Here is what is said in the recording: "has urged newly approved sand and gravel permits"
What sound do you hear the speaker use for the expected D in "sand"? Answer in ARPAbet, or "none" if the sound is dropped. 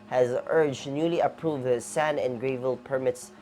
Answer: none